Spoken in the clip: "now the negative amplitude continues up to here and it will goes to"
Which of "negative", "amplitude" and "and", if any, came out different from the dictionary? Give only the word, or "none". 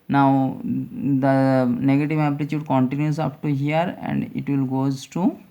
amplitude